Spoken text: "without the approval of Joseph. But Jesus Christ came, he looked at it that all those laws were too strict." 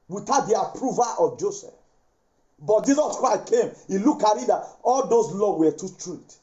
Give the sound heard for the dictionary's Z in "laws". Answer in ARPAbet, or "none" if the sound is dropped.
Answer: none